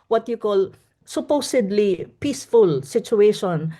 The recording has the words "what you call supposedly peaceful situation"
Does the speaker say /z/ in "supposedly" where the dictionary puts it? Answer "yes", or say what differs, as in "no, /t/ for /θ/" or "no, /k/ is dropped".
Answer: no, /s/ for /z/